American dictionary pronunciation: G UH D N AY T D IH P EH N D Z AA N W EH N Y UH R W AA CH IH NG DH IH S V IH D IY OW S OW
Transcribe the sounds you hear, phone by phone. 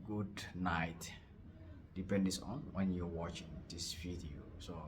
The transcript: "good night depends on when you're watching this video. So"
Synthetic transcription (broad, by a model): G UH D N AY T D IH P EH N D S AA N W EH N Y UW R W AA CH IH NG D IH S F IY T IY S OW